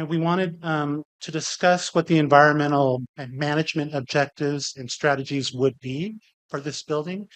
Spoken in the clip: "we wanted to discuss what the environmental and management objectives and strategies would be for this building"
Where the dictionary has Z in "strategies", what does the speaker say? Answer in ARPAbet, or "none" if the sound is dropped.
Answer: Z